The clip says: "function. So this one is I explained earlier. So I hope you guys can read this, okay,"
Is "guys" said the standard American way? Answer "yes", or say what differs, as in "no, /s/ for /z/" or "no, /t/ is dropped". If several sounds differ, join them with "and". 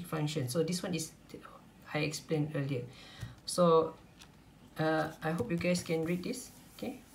no, /s/ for /z/